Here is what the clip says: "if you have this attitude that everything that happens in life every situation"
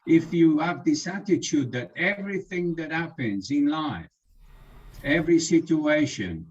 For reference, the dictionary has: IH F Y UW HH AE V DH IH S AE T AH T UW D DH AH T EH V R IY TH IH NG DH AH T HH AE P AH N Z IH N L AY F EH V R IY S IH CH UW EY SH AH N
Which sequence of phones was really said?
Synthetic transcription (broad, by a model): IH F Y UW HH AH V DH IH S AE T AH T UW D DH AH T EH V R IY TH IH NG DH AH T HH AE P AH N Z IH N L AY F EH V R IY S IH CH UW EY SH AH N